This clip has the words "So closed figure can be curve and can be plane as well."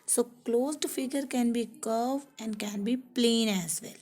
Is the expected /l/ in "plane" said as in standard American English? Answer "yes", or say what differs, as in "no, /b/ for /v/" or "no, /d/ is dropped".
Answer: yes